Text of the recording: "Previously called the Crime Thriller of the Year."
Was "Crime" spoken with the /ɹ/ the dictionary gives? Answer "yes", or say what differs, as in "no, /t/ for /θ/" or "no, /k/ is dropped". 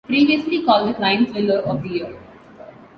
no, /l/ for /ɹ/